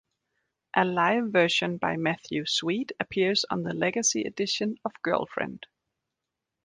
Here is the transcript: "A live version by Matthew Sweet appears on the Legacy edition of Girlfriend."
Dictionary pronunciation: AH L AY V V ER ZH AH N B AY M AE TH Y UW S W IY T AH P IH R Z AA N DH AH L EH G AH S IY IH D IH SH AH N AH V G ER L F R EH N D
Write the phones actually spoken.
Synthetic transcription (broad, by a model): AH L AY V V ER SH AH N B AY M AE TH Y UW S W IY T AH P IH R Z N DH AH L EH G AH S IY IH D IH SH AH N AH V G ER L F R EH N D